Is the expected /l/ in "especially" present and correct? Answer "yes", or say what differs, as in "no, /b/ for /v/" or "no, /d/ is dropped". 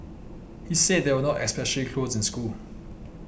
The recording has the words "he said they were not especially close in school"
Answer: no, /l/ is dropped